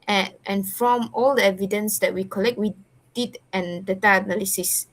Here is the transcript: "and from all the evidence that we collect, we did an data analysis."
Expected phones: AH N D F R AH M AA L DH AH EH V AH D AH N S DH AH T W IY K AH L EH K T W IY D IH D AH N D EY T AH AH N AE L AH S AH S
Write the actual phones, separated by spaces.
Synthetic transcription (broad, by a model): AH N F R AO M AA L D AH EH V AH D AH N S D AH T W IY K AH L EH K T W IY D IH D AH N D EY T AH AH N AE L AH S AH S